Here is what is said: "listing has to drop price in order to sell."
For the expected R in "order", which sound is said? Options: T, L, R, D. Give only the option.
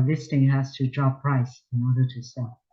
R